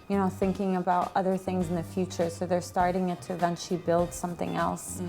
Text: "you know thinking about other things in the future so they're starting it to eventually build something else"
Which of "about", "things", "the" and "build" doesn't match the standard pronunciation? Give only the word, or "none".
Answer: none